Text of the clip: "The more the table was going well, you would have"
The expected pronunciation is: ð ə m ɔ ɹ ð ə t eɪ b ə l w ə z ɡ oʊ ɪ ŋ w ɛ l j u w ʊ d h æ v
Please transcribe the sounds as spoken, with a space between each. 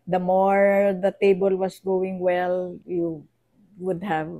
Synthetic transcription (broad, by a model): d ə m ɔ ɹ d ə t eɪ b ə l w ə s ɡ oʊ ɪ ŋ w ɛ l j u w ʊ d h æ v